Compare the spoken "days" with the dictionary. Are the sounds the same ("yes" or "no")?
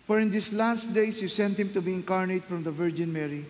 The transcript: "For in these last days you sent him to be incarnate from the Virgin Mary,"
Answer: no